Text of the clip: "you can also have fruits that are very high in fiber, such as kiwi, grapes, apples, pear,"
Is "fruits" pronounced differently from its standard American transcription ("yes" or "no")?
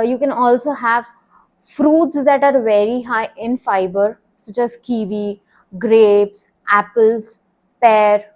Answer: no